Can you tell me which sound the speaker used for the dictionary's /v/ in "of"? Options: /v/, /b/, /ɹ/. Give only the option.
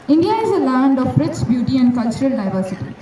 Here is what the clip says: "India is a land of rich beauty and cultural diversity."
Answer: /b/